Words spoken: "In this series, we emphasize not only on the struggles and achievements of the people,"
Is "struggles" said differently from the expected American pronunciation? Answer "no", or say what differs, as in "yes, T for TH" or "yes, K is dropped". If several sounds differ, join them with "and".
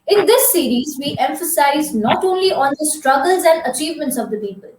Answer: no